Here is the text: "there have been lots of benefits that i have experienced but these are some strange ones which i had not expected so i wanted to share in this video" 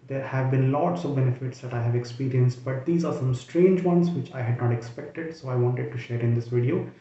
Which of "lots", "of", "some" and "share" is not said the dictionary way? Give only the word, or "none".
none